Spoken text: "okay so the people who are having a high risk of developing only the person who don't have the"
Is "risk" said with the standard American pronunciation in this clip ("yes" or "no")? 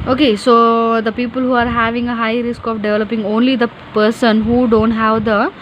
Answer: yes